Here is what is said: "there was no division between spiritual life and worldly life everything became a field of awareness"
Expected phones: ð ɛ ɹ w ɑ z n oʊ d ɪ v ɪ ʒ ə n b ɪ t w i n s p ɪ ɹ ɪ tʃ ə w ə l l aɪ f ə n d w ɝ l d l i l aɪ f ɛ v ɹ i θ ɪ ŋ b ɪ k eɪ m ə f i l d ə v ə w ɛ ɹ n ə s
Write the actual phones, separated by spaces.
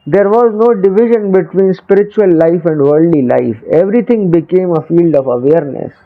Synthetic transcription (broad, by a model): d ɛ ɹ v ɑ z n oʊ d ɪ v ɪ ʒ ə n b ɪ t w i n s p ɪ ɹ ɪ tʃ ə ə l l aɪ f ə n d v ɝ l d l i l aɪ f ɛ v ɹ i t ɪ ŋ b ɪ k eɪ m ə f i l d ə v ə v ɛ ɹ n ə s